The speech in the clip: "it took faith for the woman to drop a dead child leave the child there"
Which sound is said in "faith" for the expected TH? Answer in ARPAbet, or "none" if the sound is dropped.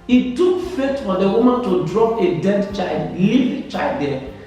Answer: T